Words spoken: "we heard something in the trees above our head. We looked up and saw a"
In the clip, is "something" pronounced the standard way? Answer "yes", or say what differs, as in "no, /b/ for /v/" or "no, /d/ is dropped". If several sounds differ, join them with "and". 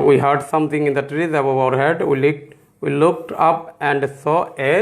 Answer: no, /t/ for /θ/